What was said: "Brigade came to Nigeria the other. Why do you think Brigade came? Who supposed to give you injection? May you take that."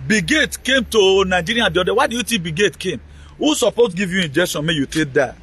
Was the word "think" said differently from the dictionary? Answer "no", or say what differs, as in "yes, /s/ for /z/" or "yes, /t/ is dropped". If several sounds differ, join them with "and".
yes, /t/ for /θ/